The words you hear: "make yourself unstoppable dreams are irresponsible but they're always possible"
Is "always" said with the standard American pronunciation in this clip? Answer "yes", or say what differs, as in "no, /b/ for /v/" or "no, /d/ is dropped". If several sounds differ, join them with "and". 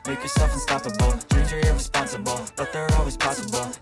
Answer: yes